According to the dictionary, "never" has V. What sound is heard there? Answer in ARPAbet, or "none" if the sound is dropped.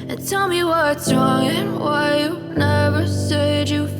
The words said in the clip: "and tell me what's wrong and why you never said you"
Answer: V